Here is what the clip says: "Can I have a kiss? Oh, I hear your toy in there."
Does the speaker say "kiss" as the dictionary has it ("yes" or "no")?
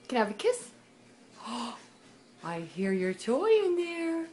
yes